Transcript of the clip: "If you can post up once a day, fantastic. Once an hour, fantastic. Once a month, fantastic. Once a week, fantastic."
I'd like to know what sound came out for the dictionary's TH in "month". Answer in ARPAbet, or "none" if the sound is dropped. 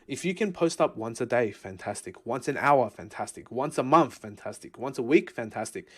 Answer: TH